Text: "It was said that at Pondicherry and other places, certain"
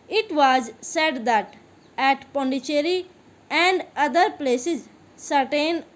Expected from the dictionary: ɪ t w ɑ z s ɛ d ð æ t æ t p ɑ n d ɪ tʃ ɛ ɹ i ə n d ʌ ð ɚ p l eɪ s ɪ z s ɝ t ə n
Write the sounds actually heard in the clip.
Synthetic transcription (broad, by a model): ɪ t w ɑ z s ɛ d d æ t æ t p ɑ n d ɪ tʃ ɛ ɹ i ə n d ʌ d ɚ p l eɪ s ɪ z s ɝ t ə n